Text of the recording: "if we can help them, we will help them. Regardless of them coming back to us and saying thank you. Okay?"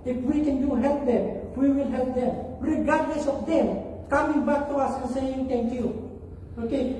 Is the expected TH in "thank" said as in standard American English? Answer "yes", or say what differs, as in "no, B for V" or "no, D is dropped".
no, T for TH